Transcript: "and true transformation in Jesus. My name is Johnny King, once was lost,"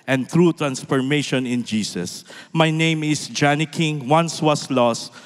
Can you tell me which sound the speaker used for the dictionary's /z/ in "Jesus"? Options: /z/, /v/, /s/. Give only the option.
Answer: /s/